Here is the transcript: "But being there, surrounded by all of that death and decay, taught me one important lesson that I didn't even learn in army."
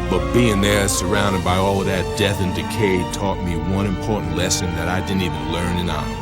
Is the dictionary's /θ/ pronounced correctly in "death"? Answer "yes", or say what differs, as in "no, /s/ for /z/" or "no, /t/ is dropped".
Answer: yes